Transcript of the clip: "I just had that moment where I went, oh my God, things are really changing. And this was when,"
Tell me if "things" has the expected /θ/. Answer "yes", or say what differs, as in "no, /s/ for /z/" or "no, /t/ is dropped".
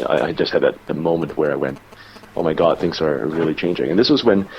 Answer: yes